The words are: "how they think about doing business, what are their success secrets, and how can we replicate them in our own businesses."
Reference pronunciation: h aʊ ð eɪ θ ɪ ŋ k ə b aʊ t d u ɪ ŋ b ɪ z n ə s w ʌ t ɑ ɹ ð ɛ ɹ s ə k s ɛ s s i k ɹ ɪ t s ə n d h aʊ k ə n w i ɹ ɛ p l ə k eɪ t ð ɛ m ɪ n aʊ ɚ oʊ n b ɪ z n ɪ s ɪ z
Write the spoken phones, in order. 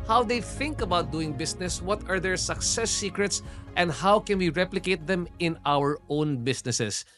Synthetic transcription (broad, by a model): h aʊ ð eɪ θ ɪ ŋ k ə b aʊ t d u ɪ ŋ b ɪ s n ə s w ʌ t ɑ ɹ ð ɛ ɹ s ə k s ɛ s s i k ɹ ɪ t s ə n d h aʊ k ə n w i ɹ ɛ p l ə k eɪ t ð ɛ m ɪ n aʊ ɚ oʊ n b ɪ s n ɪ s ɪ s